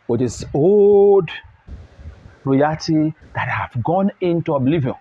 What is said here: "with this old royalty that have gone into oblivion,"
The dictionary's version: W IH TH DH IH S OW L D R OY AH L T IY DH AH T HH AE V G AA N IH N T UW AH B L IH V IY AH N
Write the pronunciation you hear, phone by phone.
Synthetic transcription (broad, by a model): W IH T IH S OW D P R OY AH T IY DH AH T HH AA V G AA N IH N T UW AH B L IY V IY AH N